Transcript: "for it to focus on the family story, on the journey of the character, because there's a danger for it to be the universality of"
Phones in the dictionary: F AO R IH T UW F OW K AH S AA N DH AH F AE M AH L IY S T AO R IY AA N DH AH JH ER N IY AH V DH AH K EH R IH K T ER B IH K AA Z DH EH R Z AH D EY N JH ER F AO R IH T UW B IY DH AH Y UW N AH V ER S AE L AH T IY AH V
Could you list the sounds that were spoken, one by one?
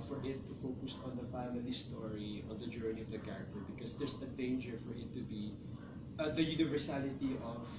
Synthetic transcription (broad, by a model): F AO R IH T UW F OW K AH S AA N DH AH F AE M AH L IY S T AO R IY AA N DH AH JH ER N IY AH V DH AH K EH R IH K T ER B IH K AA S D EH R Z AH D EY N JH ER F AO R IH T UW B IY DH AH Y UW N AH V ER S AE L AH T IY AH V